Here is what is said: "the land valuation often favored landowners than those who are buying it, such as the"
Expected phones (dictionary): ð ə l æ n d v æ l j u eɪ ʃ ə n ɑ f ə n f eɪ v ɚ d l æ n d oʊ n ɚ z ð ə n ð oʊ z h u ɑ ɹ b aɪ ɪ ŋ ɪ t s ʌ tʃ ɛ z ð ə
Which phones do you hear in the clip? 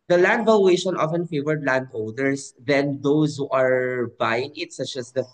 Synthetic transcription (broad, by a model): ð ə l æ n d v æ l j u eɪ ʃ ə n ɑ f ə n f eɪ v ɚ d l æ n d oʊ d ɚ s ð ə n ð oʊ s h u ɑ ɹ b aɪ ɪ ŋ ɪ t s ʌ tʃ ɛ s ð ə